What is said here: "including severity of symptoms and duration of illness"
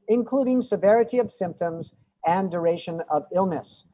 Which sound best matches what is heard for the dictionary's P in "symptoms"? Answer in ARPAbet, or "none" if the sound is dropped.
P